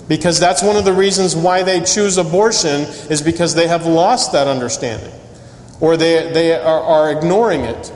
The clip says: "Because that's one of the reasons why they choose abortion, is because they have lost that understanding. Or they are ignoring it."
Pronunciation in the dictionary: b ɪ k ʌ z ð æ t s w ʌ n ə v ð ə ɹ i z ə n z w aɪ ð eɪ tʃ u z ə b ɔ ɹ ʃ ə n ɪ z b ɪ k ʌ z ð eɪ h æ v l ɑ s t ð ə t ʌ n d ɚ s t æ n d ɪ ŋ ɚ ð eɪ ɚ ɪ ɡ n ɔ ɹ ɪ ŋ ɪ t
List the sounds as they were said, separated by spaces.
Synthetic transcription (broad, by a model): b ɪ k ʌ z ð æ t s w ʌ n ə v ð ə ɹ i z ə n z w aɪ ð eɪ tʃ u z ə b ɔ ɹ ʃ ə n ɪ z b ɪ k ʌ z ð eɪ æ v l ɑ s t ð ə t ʌ n d ɚ s t æ n d ɪ ŋ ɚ ð eɪ ɚ ɪ ɡ n ɔ ɹ ɪ ŋ ɪ t